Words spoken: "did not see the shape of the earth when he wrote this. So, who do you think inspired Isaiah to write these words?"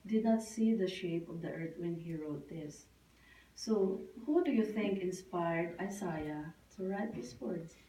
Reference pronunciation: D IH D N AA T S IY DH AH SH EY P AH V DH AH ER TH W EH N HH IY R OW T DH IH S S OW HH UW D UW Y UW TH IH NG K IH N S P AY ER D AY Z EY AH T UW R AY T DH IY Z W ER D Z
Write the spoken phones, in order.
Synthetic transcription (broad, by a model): D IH D N AA T S IY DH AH SH EY P AH V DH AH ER T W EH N HH IY R OW T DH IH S S OW HH UW D UW Y UW TH IH NG K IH N S P AY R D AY S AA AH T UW R AY T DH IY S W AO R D